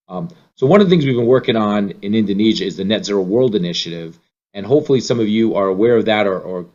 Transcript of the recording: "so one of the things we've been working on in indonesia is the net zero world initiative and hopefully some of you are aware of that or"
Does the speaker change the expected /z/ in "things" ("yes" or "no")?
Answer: no